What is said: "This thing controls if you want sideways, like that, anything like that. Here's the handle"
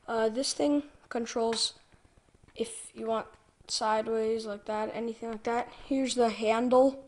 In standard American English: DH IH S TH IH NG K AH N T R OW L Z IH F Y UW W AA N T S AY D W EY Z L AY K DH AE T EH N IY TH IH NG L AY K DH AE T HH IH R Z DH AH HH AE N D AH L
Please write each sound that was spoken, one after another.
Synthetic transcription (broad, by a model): DH IH S TH IH NG K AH N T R OW L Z IH F Y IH W AA N T S AY D W EY Z L AY K DH AE T EH N IY TH IH NG L AY K DH AE T HH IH R Z DH AH HH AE N D L